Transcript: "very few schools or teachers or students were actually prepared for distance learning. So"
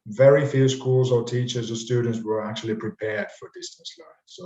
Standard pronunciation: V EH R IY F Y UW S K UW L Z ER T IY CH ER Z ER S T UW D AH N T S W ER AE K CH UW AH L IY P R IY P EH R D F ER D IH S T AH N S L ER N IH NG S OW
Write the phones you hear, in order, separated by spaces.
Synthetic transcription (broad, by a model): V EH R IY F Y UW S K UW L Z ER T IY CH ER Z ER S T UW D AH N T S W ER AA K CH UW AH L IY P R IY P EH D F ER D IH S T AH N S L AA IH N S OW